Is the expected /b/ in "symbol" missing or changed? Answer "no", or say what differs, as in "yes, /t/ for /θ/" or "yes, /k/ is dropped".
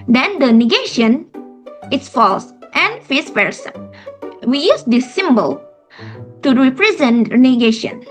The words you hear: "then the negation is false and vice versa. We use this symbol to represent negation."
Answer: no